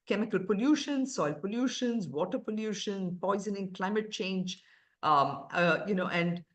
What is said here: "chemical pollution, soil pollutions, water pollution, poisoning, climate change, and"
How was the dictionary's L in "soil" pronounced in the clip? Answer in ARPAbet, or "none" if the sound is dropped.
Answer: L